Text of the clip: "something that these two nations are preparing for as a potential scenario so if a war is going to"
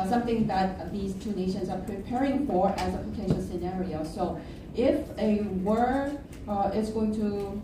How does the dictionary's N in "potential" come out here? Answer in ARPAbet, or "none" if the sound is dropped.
none